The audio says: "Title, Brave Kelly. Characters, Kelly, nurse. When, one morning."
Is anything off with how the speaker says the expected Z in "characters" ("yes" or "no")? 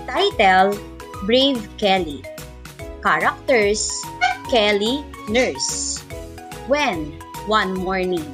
yes